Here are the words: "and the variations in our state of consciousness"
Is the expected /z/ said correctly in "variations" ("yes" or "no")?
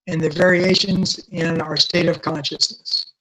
yes